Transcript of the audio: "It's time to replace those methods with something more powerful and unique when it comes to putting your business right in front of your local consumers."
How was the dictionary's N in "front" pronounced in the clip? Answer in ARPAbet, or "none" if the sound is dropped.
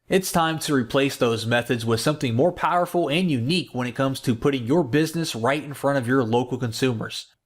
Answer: none